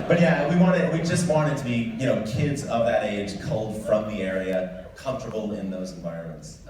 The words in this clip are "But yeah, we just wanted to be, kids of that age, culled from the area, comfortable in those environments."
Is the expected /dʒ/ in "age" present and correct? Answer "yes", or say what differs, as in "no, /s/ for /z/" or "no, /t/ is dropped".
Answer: no, /ʒ/ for /dʒ/